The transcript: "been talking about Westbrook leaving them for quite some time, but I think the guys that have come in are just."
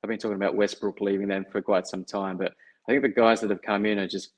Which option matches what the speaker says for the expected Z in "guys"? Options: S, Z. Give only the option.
Z